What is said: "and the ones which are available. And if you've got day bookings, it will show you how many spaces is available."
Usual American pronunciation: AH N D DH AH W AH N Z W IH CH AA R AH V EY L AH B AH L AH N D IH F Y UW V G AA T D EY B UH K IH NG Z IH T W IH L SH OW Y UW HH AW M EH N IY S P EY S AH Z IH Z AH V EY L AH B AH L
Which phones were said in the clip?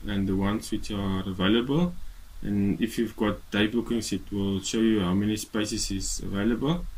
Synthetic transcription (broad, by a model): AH N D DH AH W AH N S W IH CH AA R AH V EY L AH B AH L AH N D IH F Y UW V G AA T D EY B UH K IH NG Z IH T W IH L SH OW Y UW HH AW M EH N IY S P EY S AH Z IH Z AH V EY L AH B AH L